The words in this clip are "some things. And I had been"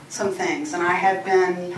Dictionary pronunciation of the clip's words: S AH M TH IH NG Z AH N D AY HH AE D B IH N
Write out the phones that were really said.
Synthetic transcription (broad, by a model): S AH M TH IH NG Z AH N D AY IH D B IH N